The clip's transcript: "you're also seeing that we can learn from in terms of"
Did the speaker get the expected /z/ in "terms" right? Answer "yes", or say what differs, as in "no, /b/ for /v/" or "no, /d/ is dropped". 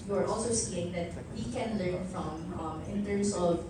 no, /s/ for /z/